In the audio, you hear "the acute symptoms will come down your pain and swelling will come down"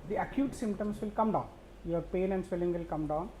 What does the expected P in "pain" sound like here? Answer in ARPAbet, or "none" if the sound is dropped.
P